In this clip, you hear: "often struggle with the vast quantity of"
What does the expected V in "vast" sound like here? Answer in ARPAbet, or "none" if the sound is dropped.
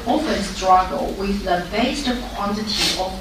B